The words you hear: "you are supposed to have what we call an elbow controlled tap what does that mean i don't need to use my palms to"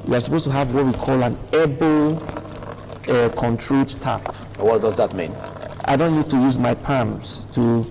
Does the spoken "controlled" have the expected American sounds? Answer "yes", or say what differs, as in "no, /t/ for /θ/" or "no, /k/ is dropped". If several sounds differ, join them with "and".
no, /l/ is dropped